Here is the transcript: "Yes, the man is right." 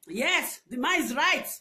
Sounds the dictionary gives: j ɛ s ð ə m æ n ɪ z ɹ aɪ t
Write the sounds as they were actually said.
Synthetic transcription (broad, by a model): j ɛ s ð m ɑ ɪ z ɹ aɪ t